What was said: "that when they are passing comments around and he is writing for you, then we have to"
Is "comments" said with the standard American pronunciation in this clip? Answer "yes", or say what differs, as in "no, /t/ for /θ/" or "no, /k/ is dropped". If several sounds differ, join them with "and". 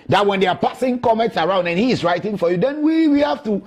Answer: yes